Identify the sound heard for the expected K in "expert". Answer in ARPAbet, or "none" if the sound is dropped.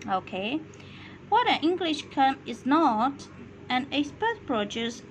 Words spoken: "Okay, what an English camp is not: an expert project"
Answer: none